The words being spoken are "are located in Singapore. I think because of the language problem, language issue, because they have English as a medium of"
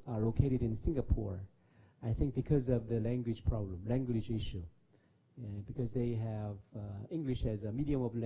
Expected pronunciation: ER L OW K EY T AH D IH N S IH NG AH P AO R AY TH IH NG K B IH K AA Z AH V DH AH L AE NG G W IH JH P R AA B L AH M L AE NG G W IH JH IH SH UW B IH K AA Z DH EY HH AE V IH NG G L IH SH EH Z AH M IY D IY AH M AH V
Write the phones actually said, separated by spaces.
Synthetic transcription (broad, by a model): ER L OW K EY T AH D IH N S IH NG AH P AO R AY TH IH NG K B IH K AA Z AH V DH AH L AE NG G W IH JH P R AA B L AH M L AE NG G W IH JH IH SH UW B IH K AA Z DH EY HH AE V IH NG G L IH SH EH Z AH M IY D IY AH M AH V